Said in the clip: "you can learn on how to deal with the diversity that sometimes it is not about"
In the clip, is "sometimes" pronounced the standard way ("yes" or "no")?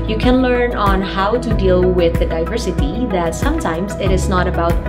yes